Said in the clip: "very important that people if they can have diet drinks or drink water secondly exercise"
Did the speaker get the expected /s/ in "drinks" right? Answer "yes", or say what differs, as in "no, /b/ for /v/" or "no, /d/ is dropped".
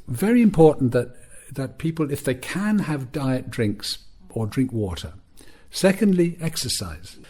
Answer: yes